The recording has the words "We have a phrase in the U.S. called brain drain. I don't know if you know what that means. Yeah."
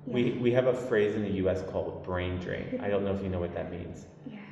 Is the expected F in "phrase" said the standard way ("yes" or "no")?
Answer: yes